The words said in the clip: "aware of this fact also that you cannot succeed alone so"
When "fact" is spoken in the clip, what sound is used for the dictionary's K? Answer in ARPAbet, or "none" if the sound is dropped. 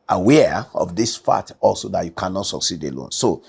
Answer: none